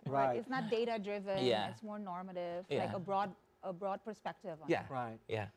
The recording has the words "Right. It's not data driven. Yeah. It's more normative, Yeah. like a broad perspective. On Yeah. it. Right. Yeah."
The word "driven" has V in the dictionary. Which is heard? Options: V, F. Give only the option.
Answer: V